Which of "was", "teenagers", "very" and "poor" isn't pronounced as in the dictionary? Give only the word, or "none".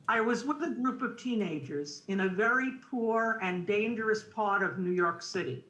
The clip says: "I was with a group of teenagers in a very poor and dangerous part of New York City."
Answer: none